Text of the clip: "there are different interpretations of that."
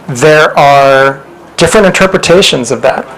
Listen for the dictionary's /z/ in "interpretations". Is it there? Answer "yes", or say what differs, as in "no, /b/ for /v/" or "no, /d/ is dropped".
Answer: yes